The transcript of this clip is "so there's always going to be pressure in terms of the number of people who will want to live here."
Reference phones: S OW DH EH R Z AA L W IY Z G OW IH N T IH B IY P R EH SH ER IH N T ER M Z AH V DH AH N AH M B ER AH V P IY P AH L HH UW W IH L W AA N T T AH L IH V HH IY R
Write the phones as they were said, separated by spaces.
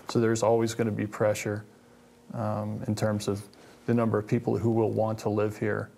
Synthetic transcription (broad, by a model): S OW DH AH R Z AA L W IY Z G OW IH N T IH B IY P R EH SH ER IH N T ER M Z AH V DH AH N AH M B ER AH V P IY P L HH UW W IH L W AA N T T AH L IH V HH IY R